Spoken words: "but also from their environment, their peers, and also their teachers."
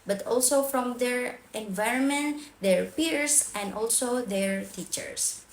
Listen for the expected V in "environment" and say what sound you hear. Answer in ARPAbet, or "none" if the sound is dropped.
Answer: V